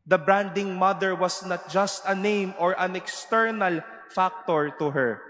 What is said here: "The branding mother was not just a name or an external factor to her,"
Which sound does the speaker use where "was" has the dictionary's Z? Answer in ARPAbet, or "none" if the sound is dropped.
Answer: S